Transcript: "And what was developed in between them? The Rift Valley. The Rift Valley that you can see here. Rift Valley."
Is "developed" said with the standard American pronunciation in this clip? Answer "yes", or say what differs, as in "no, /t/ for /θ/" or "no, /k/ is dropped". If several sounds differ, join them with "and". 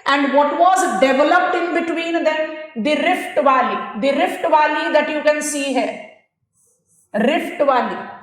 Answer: yes